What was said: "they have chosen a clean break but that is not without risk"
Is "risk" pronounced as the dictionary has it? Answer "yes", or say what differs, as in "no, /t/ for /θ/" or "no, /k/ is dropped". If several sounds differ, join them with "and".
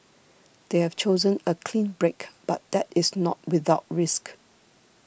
yes